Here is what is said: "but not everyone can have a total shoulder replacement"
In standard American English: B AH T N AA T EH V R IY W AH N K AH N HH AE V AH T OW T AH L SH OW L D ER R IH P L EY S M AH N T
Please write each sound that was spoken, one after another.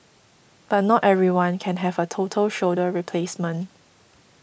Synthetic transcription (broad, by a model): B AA T N AA T EH V R IY W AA N K AH N HH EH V AH T OW T AH L SH OW D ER R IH P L EY S M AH N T